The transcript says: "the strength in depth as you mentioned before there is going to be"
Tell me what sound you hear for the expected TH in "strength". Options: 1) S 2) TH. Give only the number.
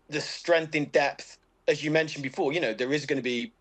2